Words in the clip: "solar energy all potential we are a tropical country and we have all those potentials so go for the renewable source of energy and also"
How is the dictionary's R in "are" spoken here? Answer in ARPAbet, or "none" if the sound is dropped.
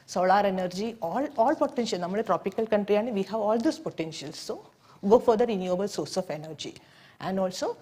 L